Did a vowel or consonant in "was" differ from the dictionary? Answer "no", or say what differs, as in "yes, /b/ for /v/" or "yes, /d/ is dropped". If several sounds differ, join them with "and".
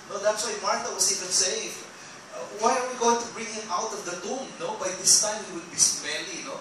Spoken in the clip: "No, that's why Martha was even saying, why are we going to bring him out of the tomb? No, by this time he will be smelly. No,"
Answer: yes, /s/ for /z/